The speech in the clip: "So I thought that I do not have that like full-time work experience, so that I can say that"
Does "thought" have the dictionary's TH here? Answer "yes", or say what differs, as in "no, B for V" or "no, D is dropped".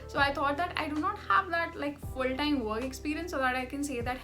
no, T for TH